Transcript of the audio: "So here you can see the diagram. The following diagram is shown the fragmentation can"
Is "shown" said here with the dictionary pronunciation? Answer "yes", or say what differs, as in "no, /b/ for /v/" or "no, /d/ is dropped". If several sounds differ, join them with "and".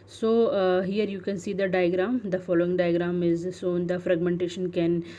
no, /s/ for /ʃ/